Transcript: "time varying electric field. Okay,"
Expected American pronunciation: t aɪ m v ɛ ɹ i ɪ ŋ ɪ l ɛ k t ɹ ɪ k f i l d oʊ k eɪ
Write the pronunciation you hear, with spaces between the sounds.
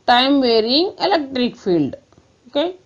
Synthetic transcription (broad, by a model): t aɪ m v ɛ ɹ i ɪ ŋ ɪ l ɛ k t ɹ ɪ k f i l d oʊ k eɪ